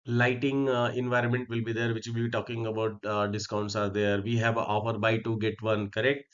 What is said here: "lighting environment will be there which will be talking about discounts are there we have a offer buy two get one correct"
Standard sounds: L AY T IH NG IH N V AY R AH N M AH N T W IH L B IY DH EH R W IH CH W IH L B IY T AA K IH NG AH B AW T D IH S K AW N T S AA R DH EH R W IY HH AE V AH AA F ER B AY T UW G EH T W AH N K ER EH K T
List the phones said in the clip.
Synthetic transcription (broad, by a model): L AY T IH NG IH N V AY R AH N M AH N T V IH L B IY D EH R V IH CH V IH L B IY T AA K IH NG AH B AW T D IH S K AW N T S AA R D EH R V IY HH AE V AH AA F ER B AY T UW G EH T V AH N K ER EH K T